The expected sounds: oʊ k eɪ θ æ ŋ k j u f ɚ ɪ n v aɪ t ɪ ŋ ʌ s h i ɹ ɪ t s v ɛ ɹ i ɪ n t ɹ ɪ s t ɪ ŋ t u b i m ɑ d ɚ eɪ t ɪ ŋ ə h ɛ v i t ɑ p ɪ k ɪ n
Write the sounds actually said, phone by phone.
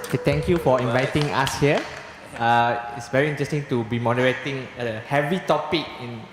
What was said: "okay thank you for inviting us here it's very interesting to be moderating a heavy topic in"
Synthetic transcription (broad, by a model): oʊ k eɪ t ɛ ŋ k j u f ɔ ɪ n v aɪ t ɪ ŋ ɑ s h i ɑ ɪ t s v ɛ ɹ i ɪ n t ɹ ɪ s t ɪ ŋ t u b i m ɑ d ɚ eɪ t ɪ ŋ ə h ɛ v i t ɑ p ɪ k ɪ n